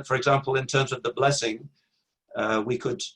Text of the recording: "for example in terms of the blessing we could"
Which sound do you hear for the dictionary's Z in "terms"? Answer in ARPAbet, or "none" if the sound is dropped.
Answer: Z